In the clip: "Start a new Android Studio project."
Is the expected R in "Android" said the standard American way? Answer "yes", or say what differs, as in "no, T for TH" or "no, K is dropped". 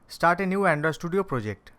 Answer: no, R is dropped